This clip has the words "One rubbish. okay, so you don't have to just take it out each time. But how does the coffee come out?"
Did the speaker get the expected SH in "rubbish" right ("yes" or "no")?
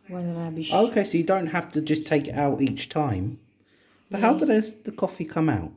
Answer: no